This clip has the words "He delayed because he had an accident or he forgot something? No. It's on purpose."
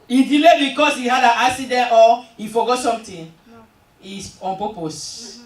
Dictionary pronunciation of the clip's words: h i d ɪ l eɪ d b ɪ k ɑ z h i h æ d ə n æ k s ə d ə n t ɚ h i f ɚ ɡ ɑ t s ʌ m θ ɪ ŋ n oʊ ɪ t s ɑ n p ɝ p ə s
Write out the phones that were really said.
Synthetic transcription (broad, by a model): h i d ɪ l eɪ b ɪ k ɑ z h i h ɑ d ə n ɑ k s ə d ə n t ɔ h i f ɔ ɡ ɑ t s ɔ m t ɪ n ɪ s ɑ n p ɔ p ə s